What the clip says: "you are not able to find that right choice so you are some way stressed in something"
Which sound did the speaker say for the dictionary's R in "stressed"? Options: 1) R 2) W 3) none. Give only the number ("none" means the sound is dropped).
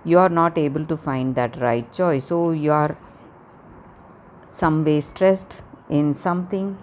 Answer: 1